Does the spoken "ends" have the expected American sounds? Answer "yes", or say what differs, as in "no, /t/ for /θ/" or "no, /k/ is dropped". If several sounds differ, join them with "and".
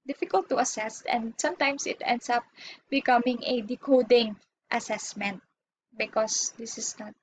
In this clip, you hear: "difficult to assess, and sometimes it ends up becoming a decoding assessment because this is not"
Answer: no, /s/ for /z/